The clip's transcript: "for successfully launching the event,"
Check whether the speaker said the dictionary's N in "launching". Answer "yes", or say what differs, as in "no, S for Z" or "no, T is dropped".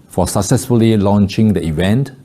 yes